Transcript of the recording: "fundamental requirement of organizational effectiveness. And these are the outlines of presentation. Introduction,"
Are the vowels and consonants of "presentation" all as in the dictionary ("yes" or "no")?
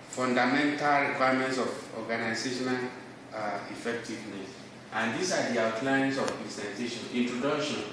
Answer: no